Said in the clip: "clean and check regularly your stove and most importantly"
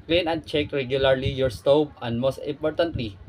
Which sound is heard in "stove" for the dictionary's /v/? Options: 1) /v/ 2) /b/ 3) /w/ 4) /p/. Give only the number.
2